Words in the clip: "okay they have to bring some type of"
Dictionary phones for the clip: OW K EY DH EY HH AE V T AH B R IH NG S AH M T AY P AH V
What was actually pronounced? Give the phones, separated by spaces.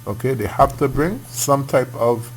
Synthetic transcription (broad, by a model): OW K EY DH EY HH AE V T AH B R IH NG S AH M T AY P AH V